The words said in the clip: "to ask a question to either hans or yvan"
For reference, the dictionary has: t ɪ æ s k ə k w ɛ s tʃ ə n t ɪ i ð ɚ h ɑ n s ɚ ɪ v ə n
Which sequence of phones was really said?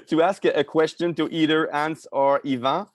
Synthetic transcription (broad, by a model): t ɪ æ s k ə k w ɛ s tʃ ə n t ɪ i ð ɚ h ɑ n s ɚ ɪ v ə